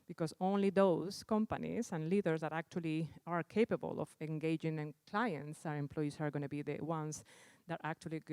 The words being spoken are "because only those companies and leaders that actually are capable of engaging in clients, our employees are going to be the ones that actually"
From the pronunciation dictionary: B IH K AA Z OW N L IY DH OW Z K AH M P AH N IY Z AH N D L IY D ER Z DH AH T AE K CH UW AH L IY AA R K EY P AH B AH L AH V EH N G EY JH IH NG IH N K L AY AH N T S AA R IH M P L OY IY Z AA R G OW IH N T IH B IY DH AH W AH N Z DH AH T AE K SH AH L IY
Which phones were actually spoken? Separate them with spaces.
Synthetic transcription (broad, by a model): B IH K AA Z OW N L IY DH OW S K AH M P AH N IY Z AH N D L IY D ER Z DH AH T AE K CH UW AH L IY AA R K EY P AH B AH L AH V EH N G EY JH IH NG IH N K L AY AH N T S AA R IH M P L OY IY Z AA R G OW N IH B IY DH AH W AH N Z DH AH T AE K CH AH L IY